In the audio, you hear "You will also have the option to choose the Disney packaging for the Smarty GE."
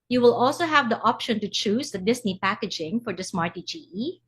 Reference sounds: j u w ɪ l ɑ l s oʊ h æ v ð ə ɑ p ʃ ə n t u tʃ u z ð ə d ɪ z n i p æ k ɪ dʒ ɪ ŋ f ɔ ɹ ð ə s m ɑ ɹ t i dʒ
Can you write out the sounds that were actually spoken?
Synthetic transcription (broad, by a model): j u w ɪ l ɑ l s oʊ h æ v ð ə ɑ p ʃ ə n t u tʃ u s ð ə d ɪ s n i p æ k ɪ dʒ ɪ ŋ f ɔ ɹ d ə s m ɑ ɹ t i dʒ